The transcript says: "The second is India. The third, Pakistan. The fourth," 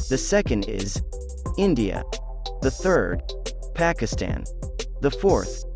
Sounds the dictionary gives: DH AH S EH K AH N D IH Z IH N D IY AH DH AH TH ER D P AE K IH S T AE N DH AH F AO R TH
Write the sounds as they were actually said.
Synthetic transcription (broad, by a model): DH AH S EH K AH N D IH Z IH N D IY AH DH AH TH ER D P AE K IH S T AE N DH AH F AO R TH